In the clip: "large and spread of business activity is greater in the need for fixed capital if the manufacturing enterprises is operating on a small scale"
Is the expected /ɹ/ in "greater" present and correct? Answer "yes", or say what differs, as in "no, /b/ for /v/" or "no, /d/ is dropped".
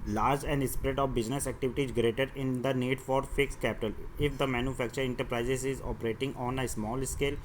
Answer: yes